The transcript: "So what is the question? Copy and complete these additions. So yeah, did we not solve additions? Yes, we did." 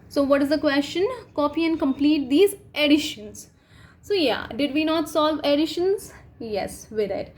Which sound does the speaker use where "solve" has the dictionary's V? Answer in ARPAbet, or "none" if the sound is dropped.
V